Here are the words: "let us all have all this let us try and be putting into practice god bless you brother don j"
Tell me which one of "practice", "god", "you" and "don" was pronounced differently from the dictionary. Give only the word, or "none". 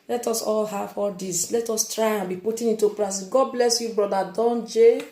practice